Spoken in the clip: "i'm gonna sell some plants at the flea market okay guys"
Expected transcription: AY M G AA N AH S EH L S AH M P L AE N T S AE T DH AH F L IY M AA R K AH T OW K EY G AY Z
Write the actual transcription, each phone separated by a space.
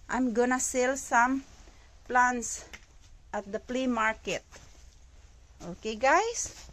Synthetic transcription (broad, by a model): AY M G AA N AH S EH L S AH M P L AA N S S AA T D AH P L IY M AA R K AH T OW K EY G AY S